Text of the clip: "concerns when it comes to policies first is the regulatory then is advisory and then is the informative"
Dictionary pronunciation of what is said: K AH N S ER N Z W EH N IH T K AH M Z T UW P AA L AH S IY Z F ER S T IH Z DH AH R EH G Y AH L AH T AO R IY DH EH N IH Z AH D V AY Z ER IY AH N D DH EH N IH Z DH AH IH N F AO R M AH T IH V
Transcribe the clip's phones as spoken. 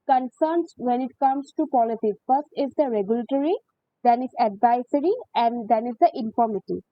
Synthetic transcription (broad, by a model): K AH N S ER N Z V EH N IH T K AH M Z T UW P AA L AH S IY F ER S T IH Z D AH R EH G Y AH L AH T AO R IY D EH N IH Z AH D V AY S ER IY AH N D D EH N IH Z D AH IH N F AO R M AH T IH